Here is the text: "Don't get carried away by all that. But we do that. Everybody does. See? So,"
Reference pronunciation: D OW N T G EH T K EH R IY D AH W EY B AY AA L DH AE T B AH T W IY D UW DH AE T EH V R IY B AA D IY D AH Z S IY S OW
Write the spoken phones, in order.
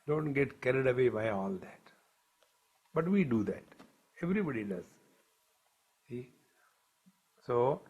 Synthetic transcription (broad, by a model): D OW N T G EH T K EH R IY D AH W EY B AY AA L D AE T B AH T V IY D UW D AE T EH V R IY B AA D IY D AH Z S IY S OW